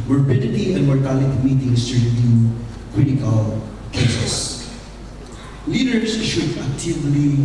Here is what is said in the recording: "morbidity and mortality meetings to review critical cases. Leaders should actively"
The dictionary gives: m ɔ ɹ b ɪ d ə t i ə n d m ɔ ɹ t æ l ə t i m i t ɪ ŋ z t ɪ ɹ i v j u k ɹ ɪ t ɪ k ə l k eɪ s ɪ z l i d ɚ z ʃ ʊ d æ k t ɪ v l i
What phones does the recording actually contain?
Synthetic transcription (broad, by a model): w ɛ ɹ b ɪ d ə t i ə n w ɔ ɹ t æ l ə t m i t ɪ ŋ s t ɪ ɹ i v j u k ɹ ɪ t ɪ k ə l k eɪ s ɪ s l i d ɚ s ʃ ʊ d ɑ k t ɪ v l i